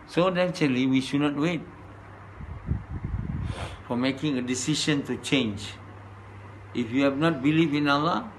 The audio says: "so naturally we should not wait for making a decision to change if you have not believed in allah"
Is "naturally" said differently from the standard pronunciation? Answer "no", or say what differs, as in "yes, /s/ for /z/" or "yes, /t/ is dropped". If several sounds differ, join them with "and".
yes, /ɹ/ is dropped